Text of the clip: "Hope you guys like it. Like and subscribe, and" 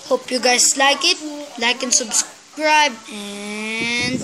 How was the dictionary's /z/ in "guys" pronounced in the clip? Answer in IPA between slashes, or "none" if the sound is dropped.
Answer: /s/